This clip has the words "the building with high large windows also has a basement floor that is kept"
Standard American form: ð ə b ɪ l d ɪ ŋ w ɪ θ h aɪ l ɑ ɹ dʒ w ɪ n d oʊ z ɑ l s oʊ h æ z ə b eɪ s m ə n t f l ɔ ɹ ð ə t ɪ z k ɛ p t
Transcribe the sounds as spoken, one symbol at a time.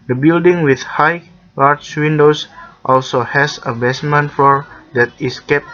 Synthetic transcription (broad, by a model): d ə b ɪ l d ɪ ŋ w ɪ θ h aɪ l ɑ ɹ tʃ w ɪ n d oʊ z ɑ l s oʊ h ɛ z ə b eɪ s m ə n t f ɔ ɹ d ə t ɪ s k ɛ p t